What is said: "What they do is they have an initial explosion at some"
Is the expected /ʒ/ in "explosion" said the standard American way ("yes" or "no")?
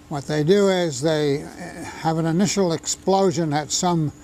yes